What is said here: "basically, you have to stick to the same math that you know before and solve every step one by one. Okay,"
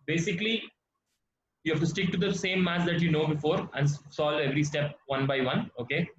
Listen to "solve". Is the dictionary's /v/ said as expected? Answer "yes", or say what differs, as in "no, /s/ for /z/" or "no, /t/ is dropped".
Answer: no, /v/ is dropped